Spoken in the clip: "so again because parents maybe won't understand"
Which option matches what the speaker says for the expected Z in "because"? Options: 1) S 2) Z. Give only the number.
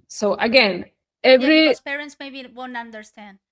1